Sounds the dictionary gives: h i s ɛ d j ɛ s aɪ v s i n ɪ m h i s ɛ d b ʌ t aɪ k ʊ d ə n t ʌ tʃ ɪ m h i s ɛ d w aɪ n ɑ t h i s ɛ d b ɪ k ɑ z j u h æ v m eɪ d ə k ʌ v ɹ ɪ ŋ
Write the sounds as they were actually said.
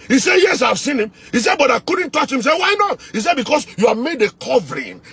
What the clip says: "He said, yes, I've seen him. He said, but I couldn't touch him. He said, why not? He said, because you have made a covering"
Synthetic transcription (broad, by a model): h i s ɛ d j ɛ s aɪ v s i n ɪ m h i s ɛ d b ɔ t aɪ k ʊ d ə n t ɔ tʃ ɪ m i s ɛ w aɪ n ɑ t h i s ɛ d b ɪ k ɑ s j u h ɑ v m eɪ d ə k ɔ v ɹ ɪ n